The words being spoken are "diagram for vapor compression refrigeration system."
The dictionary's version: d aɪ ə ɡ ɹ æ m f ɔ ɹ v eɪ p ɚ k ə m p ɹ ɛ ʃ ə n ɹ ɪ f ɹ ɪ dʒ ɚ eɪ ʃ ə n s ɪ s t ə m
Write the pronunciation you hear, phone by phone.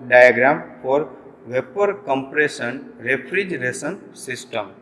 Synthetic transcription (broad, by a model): d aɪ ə ɡ ɹ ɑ m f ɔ ɹ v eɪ p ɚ k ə m p ɹ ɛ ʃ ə n ɹ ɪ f ɹ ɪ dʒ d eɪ s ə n s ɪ s t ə m